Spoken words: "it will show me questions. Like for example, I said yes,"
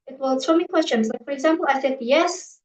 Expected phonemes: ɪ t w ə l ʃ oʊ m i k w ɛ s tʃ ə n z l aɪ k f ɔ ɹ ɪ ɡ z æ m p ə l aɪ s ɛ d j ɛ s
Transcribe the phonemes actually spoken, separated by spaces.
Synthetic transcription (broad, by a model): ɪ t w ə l s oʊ m i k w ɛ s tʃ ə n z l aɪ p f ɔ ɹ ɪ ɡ z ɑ m p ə l aɪ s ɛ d j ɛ s